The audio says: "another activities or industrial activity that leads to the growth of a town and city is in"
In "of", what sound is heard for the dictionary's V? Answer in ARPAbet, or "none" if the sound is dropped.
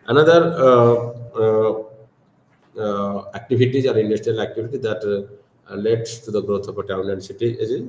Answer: P